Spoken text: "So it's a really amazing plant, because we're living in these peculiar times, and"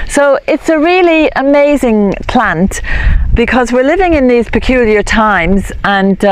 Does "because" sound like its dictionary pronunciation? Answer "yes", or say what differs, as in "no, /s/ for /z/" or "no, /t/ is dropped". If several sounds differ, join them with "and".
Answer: yes